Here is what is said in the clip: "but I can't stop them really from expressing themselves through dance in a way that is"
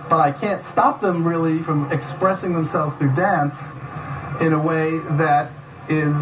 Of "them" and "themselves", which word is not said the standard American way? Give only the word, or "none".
none